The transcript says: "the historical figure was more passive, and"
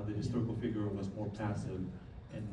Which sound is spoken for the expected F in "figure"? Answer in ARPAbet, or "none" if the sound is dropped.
F